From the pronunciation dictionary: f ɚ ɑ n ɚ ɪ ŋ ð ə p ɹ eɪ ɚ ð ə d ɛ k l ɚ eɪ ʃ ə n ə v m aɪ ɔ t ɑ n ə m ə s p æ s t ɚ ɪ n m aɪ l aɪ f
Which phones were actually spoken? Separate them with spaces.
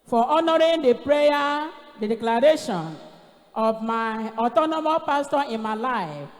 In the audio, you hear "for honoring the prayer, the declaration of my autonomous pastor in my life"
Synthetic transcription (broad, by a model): f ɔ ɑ n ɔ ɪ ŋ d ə p ɹ eɪ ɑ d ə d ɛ k l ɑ eɪ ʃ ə n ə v m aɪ ɔ t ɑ n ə m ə p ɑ s t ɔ ɪ n m aɪ l aɪ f